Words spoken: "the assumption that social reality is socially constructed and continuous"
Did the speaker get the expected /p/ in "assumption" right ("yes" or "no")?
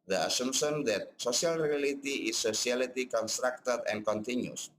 no